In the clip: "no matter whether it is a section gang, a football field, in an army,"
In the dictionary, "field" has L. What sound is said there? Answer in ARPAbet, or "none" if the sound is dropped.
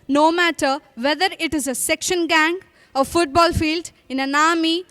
L